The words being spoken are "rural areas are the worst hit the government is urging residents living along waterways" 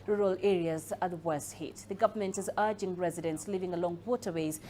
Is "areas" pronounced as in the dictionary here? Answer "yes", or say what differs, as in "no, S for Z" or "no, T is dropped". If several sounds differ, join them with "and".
yes